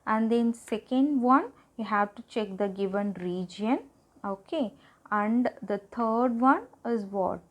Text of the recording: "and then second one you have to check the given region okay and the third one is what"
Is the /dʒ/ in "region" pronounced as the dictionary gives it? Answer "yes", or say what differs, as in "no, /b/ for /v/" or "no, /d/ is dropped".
yes